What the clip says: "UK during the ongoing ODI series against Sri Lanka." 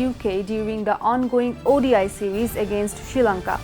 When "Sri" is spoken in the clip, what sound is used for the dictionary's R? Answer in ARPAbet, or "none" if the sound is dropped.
none